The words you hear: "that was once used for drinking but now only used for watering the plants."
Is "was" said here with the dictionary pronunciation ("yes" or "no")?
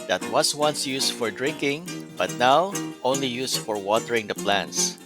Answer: no